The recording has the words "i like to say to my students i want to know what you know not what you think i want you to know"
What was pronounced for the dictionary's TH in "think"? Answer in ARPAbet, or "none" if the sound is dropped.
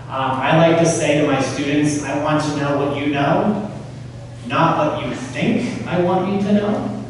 TH